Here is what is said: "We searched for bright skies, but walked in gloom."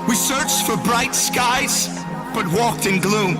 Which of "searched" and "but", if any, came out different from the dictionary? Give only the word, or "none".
none